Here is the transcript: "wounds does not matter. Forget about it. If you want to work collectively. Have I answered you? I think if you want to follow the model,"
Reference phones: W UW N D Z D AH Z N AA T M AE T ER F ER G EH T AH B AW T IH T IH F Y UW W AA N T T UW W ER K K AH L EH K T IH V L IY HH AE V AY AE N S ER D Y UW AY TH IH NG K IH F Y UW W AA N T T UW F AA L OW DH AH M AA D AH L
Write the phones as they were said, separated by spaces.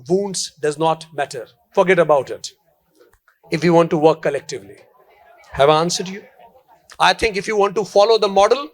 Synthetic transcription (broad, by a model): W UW N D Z D AH Z N AA T M AE T ER F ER G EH T AH B AW T IH T IH F Y UW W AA N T T UW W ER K K AH L EH K T IH V L IY HH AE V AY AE N S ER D Y UW AY T IH NG K IH F Y UW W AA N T T UW F AA L OW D AH M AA D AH L